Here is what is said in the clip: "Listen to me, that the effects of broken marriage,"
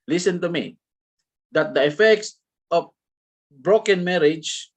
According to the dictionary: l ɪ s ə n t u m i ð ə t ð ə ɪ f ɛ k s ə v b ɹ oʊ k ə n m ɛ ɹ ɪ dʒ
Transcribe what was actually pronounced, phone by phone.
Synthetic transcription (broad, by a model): l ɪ s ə n t u m i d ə t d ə ɪ f ɛ k s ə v b ɹ oʊ k ə n m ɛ ɹ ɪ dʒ